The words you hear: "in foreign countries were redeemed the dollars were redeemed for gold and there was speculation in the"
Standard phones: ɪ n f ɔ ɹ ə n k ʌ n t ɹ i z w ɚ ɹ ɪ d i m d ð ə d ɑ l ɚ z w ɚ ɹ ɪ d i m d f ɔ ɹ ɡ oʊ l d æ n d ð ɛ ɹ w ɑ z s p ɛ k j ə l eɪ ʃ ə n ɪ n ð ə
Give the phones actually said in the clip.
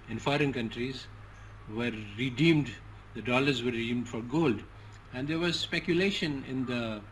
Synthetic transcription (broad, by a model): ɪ n f ɔ ɹ ə n k ʌ n t ɹ i z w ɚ ɹ ɪ d i m d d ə d ɑ l ɚ z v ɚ ɹ ɪ d i m d f ɔ ɹ ɡ oʊ l d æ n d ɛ ɹ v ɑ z s p ɛ k j ə l eɪ ʃ ə n ɪ n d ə